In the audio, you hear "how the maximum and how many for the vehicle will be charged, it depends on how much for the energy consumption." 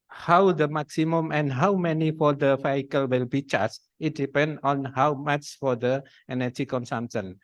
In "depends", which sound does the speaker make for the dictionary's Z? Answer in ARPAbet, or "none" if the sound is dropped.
none